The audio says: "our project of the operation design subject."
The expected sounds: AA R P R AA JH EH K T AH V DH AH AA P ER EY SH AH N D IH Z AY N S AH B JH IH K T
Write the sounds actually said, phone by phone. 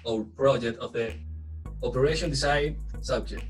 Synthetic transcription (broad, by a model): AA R P R AA JH EH K T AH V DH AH AA P ER EY SH AH N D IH S AY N S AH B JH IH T